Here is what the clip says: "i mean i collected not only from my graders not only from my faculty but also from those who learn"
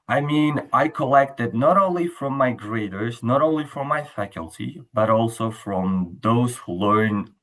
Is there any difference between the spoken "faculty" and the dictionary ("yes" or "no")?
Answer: no